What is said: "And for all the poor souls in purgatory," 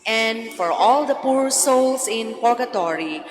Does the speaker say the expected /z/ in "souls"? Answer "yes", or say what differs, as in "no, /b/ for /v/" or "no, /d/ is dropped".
no, /s/ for /z/